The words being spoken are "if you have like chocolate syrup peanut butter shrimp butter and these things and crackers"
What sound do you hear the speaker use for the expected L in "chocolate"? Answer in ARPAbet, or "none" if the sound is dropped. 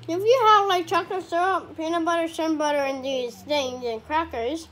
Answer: none